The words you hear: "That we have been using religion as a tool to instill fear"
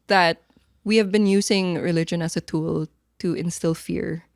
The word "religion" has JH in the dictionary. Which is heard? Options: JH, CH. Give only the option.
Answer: JH